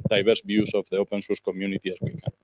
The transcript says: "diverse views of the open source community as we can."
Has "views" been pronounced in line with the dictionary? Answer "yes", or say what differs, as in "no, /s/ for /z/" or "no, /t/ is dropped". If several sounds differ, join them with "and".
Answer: no, /b/ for /v/ and /s/ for /z/